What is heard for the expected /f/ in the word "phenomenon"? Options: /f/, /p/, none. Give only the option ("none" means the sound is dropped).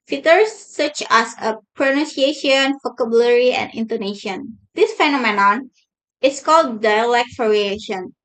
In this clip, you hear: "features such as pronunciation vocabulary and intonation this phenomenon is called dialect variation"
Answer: /f/